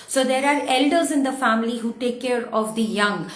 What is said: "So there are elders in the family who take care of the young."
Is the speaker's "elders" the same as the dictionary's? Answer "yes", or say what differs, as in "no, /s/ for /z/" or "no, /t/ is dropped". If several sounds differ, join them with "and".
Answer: yes